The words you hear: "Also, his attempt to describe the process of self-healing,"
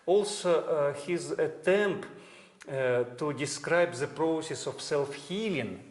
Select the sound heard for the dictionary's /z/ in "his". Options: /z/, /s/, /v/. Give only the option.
/z/